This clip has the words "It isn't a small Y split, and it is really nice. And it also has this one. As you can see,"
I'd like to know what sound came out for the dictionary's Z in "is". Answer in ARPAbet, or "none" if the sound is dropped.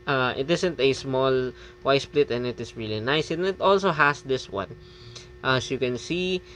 S